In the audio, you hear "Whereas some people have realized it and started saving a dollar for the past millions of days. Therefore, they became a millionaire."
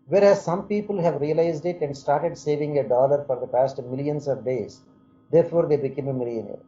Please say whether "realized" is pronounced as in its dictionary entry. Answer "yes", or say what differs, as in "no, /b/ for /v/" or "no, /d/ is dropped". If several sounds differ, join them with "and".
yes